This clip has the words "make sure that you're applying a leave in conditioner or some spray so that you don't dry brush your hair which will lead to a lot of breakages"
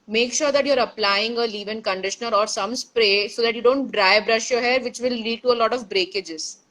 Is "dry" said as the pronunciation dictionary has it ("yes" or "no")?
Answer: yes